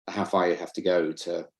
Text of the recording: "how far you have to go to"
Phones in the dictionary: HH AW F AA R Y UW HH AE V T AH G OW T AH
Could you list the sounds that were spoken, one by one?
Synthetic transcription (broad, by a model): HH AW F AA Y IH HH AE F T AH G OW T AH